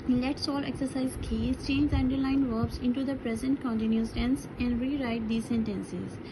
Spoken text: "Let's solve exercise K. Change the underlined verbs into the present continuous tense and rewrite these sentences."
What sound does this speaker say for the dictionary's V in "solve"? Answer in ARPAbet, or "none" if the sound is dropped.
none